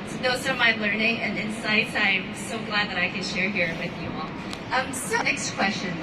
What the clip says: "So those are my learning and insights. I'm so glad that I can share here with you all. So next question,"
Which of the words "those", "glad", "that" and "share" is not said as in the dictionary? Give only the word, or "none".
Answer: those